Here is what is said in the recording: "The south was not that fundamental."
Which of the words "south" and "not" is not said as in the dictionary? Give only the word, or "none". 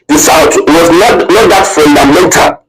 south